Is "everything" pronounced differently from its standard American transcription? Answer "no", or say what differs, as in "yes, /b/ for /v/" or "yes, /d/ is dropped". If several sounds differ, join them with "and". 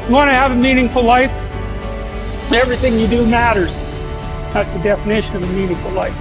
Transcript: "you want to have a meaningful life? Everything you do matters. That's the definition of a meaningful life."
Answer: no